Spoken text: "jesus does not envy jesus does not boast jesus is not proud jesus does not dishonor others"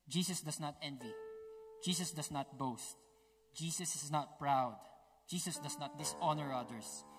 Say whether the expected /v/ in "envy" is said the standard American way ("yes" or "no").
yes